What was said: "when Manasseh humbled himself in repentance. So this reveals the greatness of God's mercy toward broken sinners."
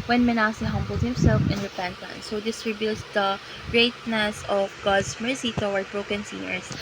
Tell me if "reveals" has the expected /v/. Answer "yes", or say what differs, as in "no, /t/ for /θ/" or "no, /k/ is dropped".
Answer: no, /b/ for /v/